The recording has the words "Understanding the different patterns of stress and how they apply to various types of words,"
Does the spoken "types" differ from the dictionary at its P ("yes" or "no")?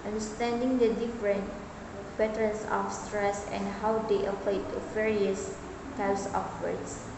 yes